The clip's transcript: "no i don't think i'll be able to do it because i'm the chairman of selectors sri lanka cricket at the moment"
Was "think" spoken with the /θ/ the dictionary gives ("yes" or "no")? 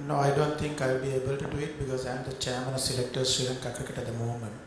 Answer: no